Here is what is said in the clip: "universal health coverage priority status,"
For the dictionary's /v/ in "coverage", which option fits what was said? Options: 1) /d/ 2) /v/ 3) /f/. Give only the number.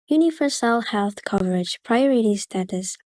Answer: 2